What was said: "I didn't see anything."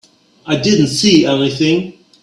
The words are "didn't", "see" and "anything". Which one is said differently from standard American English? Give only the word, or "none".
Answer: none